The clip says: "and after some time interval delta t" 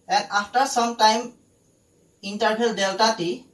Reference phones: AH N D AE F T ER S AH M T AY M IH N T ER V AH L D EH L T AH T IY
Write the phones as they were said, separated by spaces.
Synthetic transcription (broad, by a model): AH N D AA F T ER S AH M T AY M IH N T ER B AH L D EH L T AH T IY